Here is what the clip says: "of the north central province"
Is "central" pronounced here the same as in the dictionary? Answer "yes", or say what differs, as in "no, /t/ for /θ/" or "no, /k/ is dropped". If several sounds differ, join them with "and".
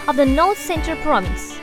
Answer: no, /ɹ/ is dropped